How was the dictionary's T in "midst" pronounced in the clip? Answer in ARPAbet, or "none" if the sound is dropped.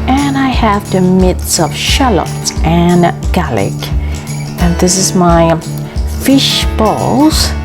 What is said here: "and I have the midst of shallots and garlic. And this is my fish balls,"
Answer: none